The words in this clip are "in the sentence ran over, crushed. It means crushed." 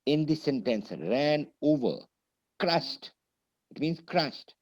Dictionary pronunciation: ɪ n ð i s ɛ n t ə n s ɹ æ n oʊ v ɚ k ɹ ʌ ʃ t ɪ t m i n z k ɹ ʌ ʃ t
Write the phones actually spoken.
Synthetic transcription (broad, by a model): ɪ n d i s ɛ n t ə n s ɹ æ n oʊ v ɚ k ɹ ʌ s t ɪ t m i n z k ɹ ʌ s t